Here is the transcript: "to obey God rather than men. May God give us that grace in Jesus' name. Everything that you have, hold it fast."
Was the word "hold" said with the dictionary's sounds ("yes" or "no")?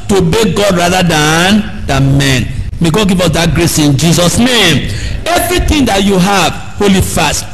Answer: no